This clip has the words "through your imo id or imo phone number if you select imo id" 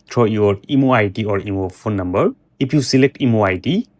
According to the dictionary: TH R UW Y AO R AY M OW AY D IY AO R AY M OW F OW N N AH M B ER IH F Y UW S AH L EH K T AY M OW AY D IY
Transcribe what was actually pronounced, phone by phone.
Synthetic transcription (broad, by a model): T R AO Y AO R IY M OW AY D IY AO R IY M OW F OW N N AH M B ER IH P Y UW S AH L EH K T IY M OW AY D IY